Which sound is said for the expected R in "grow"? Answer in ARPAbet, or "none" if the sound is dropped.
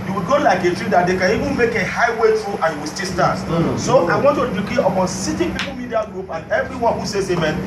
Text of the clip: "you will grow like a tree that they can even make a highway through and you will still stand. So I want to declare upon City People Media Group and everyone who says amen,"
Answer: none